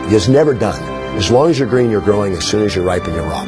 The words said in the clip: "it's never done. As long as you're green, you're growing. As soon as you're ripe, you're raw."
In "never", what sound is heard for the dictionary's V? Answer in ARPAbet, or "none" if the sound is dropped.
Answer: V